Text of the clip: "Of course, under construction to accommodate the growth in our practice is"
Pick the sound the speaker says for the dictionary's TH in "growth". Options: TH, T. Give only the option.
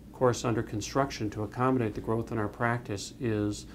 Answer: TH